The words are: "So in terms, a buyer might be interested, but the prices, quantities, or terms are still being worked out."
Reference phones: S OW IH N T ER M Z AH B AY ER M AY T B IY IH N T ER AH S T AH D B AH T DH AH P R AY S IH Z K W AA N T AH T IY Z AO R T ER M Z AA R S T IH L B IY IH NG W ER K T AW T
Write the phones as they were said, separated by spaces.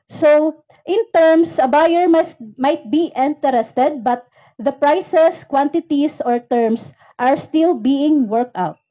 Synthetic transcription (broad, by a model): S OW IH N T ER M S AH B AY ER M AY T B IY IH N T ER AH S T AH D B AH T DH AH P R AY S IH S K W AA N T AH T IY S AO R T ER M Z AA R S T IH L B IY IH NG W ER K T AW T